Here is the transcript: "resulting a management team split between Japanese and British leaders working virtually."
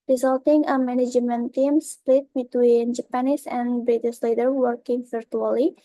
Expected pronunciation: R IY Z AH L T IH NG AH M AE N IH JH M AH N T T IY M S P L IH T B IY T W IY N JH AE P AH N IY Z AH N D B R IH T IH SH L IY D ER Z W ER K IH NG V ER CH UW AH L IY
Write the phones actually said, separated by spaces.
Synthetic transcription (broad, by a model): R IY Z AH L T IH NG AH M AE N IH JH M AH N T T IY M S P L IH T B IY T W IY N JH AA P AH N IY S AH N B R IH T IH S L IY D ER W ER K IH NG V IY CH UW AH L IY